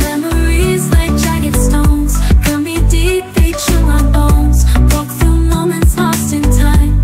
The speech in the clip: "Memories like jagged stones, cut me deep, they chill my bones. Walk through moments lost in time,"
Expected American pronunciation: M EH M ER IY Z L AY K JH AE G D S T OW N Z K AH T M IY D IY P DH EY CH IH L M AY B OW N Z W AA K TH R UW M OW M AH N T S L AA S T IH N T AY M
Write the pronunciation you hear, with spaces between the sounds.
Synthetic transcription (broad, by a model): M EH M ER IY Z L AY K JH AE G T S T OW N Z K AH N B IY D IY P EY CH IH N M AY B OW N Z W AA K TH R UW M OW M AH N T S L AA S T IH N T AY M